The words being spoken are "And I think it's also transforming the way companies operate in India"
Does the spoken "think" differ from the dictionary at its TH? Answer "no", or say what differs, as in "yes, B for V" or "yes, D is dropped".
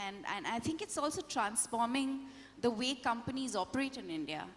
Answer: yes, T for TH